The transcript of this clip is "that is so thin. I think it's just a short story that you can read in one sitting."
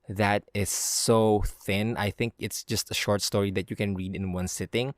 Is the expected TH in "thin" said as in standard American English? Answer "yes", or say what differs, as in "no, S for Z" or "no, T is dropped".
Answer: yes